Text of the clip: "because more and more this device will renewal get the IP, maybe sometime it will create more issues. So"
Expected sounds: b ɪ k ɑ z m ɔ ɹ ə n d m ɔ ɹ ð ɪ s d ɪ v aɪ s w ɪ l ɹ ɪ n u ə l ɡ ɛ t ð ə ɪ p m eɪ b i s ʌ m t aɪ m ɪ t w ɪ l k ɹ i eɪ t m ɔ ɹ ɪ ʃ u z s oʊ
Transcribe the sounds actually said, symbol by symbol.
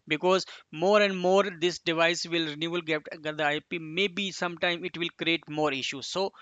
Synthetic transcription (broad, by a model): b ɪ k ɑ z m ɔ ɹ ə n d m ɔ ɹ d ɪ s d ɪ v aɪ s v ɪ l ɹ ɪ n u ə l ɡ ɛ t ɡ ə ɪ p m eɪ b i s ʌ m t aɪ m ɪ t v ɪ l k ɹ i eɪ t m ɔ ɹ ɪ ʃ u z s oʊ